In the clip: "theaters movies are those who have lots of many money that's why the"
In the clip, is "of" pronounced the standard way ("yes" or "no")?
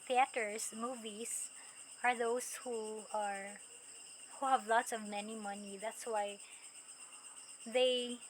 yes